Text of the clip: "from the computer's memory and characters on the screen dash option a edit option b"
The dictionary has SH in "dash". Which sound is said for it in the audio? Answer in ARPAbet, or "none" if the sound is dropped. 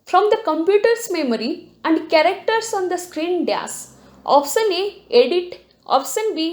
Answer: S